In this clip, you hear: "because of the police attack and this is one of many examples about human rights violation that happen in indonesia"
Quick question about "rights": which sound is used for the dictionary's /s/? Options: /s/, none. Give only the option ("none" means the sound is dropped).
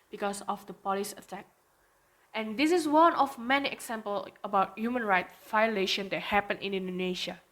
none